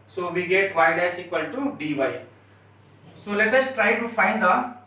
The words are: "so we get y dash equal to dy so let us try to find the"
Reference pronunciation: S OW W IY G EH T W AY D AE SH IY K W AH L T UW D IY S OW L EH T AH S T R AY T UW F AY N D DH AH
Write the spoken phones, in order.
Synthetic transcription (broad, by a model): S OW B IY G EH T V AY D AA S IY K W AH L T UW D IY S OW L EH T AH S T R AY T UW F AY N D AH